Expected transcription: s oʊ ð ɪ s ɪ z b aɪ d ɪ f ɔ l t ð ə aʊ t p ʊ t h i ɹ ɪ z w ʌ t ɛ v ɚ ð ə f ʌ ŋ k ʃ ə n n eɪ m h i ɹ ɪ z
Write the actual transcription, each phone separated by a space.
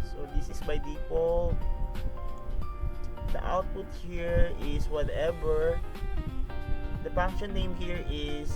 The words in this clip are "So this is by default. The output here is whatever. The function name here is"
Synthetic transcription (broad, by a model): s oʊ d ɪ s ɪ s b aɪ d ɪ p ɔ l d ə aʊ t p ʊ t h i ɹ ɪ s w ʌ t ɛ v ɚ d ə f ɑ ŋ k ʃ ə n n eɪ m h i ɹ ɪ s